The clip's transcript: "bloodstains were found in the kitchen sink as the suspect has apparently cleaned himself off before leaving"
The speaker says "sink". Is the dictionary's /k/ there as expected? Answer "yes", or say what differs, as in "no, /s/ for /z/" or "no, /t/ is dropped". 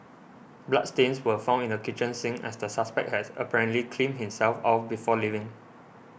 no, /k/ is dropped